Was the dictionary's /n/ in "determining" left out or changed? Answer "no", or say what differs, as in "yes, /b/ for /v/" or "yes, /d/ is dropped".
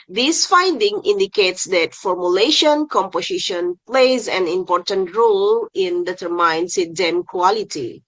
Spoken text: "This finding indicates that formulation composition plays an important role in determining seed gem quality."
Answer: yes, /n/ is dropped